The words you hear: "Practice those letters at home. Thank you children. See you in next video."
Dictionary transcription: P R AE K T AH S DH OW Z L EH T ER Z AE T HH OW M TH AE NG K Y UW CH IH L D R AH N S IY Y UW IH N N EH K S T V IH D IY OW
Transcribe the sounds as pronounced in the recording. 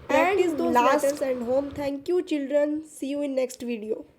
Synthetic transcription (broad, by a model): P R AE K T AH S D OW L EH S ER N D HH OW M T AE NG K Y UW CH IH L D R AH N S IY Y UW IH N N EH K S T V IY D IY OW